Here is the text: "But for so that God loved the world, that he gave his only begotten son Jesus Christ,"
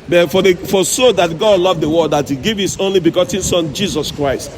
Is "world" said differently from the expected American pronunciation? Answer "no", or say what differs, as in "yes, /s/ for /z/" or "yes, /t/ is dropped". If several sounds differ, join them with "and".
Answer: yes, /l/ is dropped